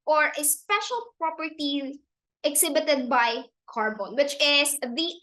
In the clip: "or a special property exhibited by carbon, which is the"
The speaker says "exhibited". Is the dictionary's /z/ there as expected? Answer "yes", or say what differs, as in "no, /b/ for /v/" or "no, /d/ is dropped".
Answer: no, /s/ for /z/